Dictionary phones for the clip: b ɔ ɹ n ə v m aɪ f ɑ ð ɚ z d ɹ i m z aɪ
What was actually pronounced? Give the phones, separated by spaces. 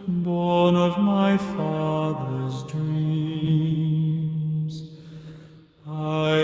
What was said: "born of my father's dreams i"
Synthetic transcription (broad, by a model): b ɔ ɹ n ə v m aɪ f ɑ ð ɚ z d ɹ i m z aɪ